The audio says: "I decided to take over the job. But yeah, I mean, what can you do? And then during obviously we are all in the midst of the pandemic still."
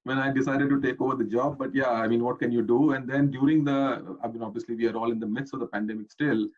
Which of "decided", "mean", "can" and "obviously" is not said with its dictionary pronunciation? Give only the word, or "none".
none